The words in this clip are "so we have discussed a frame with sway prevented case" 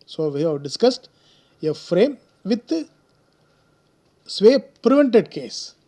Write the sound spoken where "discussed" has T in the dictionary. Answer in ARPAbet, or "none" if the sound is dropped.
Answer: T